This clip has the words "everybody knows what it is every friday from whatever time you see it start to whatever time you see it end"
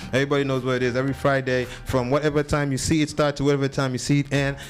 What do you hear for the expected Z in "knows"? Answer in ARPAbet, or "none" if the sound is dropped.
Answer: Z